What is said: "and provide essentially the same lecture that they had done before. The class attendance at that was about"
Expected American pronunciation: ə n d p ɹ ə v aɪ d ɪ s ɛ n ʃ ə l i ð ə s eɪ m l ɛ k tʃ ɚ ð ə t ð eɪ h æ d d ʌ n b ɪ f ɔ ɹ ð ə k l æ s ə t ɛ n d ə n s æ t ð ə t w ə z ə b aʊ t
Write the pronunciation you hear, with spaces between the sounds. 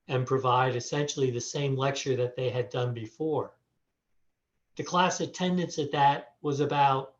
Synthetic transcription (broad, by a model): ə n p ɹ ə v aɪ d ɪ s ɛ n ʃ l i ð ə s eɪ m l ɛ k tʃ ɚ ð ə t ð eɪ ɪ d d ʌ n b ɪ f ɔ ɹ ð ə k l æ s ə t ɛ n d ə n s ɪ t ð ə t w ə z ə b aʊ t